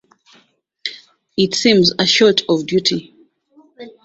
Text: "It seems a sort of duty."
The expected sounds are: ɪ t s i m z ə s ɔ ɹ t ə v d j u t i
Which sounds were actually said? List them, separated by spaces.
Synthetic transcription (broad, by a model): ɪ t s i m z ə ʃ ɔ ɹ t ə v d j u t i